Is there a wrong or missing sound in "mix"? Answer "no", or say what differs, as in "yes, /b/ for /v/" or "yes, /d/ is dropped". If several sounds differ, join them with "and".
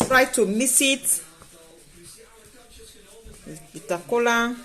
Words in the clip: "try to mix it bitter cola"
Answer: yes, /k/ is dropped